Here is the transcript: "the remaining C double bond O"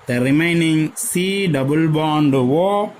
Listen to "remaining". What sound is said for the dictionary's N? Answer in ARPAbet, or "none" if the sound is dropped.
N